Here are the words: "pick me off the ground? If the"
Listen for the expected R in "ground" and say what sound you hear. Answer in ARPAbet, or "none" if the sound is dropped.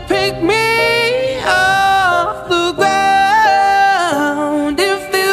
none